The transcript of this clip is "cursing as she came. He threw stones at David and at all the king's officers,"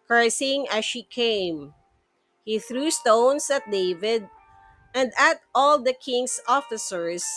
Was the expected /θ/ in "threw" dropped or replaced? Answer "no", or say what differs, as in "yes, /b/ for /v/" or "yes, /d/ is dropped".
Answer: no